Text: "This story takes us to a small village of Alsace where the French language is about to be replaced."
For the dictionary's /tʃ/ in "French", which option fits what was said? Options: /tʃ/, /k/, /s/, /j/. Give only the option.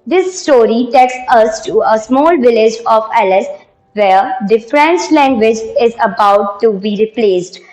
/s/